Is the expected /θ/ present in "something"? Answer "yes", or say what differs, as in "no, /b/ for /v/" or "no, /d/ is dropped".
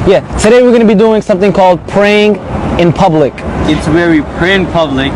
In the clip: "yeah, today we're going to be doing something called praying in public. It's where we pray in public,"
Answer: yes